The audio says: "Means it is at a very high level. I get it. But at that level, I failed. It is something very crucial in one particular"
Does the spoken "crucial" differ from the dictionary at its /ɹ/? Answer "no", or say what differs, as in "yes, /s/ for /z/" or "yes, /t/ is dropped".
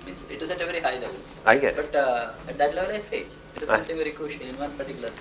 yes, /ɹ/ is dropped